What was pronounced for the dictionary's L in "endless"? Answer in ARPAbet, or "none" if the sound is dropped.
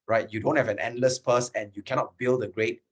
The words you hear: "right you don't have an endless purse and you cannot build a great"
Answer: L